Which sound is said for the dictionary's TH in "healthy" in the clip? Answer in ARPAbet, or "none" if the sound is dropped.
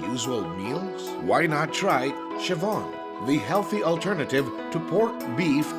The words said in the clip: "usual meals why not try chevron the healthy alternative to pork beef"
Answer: TH